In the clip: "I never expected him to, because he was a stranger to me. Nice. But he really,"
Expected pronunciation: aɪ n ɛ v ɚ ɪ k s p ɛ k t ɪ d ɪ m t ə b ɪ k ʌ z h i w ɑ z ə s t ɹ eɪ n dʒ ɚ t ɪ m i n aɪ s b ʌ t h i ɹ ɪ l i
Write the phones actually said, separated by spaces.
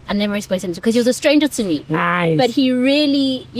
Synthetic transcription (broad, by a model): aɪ n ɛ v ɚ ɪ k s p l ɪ ɪ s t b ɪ k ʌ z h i w ɑ z ə s t ɹ eɪ n dʒ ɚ t ɪ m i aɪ b ʌ t h i ɹ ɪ l i